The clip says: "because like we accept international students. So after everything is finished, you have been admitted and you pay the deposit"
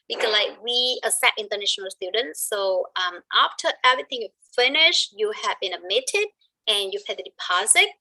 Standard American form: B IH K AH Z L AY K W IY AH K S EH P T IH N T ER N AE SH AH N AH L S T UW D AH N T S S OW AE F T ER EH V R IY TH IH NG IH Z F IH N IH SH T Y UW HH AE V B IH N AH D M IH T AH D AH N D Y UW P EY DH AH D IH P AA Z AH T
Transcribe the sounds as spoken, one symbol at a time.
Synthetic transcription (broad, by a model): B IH K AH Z L AY K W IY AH S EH T IH N T ER N AE SH AH N AH L S T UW D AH N T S S OW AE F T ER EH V R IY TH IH NG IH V F IH N IH SH T Y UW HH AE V B IH N AH D M IH T AH D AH N Y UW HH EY DH AH D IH P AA Z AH T